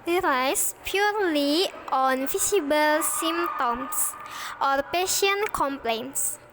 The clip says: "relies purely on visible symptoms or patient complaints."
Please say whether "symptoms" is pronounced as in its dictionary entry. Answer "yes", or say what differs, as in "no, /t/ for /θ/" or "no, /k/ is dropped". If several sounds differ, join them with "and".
no, /p/ is dropped